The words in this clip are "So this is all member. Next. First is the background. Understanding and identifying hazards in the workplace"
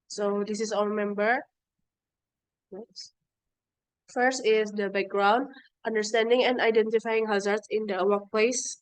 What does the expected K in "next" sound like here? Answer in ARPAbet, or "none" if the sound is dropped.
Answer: none